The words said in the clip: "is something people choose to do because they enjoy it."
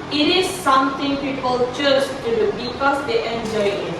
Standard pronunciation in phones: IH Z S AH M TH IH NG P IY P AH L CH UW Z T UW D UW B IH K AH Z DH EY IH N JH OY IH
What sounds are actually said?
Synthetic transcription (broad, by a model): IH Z S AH M T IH NG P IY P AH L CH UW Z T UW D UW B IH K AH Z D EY IH N JH OY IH